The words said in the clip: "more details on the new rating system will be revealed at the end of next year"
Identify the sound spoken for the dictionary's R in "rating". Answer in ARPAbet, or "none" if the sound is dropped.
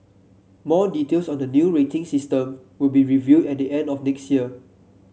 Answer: R